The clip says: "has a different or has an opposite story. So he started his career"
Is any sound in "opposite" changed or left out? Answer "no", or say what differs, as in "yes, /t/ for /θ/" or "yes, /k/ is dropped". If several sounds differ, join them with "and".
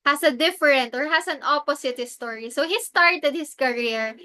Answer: yes, /s/ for /z/